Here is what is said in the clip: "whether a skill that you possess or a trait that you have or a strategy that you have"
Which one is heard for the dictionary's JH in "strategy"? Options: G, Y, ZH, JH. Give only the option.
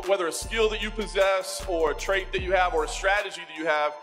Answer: JH